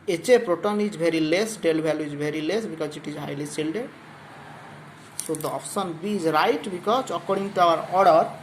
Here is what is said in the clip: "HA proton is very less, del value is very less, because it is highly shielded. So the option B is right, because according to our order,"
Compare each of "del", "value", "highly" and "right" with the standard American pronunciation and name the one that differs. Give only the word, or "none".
value